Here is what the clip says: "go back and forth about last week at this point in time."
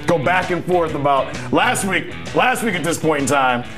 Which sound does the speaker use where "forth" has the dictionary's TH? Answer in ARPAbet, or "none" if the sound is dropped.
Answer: TH